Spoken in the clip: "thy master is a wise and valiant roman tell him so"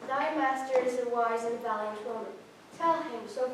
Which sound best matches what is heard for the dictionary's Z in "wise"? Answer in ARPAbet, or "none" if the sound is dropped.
Z